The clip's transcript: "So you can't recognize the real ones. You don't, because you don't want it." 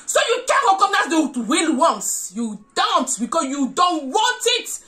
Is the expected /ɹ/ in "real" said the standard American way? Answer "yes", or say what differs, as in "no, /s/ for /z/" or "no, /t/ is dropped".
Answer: no, /w/ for /ɹ/